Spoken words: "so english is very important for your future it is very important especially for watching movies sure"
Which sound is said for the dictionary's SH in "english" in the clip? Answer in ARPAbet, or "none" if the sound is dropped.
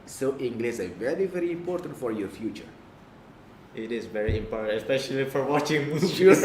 S